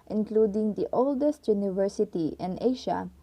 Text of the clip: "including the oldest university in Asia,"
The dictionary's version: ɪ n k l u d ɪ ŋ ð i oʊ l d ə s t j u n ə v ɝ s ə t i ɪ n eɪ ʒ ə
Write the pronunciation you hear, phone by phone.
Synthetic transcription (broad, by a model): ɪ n k l u d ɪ ŋ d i oʊ l d ə s t j u n ə v ɝ s ə t i ɪ n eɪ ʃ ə